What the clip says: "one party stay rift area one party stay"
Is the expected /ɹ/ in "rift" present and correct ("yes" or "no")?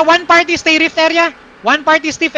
yes